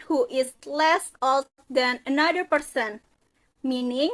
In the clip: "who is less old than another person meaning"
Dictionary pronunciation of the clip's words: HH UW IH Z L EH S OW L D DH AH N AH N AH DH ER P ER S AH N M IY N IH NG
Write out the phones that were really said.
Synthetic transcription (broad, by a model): HH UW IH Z L EH S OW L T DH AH N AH N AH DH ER P ER S AH N M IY N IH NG